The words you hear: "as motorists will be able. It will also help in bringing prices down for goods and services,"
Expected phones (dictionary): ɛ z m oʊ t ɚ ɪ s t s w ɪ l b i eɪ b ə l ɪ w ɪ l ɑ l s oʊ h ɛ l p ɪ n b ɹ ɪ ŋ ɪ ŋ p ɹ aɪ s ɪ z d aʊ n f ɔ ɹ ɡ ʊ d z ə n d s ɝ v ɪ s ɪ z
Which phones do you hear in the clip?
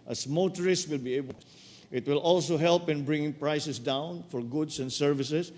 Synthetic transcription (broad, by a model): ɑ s m oʊ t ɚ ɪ s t w ɪ l b i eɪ b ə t w ɪ l ɑ l s oʊ h ɛ l p ɪ n b ɹ ɪ ŋ ɪ ŋ p ɹ aɪ s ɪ s d aʊ n f ɔ ɹ ɡ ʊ d s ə n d s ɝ v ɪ s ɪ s